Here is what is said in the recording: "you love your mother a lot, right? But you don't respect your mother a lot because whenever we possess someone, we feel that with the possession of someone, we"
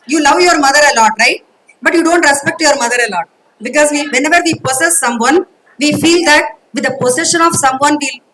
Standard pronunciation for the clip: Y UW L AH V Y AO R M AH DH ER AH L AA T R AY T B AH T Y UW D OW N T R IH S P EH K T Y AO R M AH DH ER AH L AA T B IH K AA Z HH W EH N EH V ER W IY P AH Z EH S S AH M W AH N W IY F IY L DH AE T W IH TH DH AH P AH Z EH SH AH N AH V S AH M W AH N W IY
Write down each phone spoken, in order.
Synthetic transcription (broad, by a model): Y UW L AH V Y AO R M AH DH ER AH L AA T R AY T B AH T Y UW D OW N T R IH S P EH K T Y AO R M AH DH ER AH L AA T B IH K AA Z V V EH N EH V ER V IY P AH S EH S S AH M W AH N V IY F IY L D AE T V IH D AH P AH S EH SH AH N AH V S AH M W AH N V IY